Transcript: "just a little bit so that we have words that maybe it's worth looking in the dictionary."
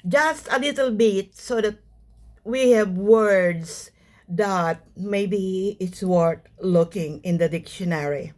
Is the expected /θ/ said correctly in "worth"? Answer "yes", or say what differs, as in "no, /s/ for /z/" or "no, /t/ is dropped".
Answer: no, /t/ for /θ/